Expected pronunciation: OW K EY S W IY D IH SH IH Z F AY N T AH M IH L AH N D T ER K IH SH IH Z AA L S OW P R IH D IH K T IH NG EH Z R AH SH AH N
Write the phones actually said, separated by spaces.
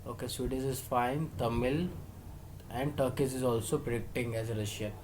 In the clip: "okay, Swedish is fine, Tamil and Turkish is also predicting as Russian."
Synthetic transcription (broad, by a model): OW K EY S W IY D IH S IH Z F AY N T AH M IH L AH N D T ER K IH S IH Z AA L S OW P R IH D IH K T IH NG EH Z R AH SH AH N